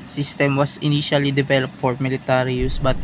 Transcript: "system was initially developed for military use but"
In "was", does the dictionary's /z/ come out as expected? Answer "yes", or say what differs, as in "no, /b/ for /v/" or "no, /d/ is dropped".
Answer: no, /s/ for /z/